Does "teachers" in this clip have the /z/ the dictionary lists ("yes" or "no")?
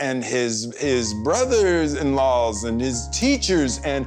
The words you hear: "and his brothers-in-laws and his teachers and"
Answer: yes